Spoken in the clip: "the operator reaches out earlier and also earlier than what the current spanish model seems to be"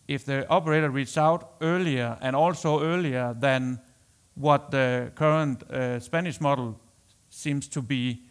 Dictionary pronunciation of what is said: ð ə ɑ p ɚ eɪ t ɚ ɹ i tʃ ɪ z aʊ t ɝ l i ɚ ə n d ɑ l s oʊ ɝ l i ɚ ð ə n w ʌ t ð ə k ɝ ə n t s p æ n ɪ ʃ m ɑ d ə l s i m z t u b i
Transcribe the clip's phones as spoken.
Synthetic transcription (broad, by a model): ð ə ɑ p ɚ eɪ t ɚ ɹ i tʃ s aʊ t ɝ l i ɚ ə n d ɑ l s oʊ ɝ l i ɚ ð ə n w ʌ t ð ə k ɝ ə n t s p æ n ɪ ʃ m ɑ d l s i m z t u b i